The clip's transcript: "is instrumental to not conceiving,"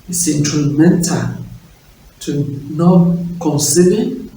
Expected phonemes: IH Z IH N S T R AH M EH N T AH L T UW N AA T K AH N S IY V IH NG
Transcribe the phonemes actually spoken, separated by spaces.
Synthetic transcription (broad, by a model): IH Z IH N T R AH M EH N T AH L T UW N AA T K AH N S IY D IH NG